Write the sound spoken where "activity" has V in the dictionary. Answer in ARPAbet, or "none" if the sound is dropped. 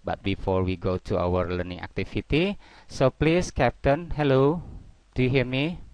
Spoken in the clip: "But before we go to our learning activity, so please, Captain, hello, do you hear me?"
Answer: F